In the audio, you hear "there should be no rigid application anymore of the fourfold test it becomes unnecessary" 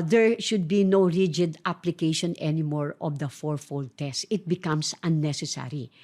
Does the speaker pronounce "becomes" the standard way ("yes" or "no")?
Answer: no